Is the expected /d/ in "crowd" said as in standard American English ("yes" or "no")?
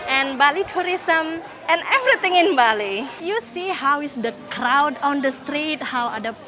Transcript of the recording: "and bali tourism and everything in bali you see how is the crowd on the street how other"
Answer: yes